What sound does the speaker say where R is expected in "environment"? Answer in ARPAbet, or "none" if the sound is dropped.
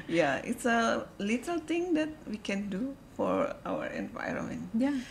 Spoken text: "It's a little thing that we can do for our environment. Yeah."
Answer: R